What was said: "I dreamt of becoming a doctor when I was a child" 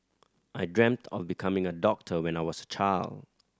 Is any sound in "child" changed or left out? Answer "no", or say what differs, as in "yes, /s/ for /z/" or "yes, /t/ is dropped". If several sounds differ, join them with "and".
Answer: no